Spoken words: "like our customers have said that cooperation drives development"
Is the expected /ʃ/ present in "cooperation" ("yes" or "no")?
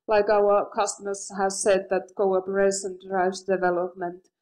no